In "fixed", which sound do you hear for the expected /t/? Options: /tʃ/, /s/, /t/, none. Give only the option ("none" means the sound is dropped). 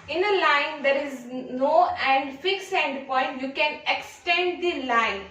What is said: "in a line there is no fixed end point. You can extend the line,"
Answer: none